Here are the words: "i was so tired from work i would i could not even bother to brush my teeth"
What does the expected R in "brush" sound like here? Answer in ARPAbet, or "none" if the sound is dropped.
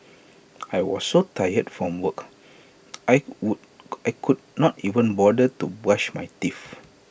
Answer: none